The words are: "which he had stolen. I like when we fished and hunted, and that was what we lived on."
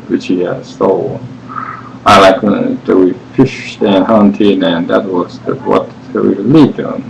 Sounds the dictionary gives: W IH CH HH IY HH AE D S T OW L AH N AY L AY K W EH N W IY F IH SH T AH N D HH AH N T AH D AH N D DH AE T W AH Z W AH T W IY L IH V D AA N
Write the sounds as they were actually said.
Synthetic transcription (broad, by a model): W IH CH HH IY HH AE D S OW AH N AY L AY K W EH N W IY F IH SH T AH N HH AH N T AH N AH N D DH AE T W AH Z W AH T W IY L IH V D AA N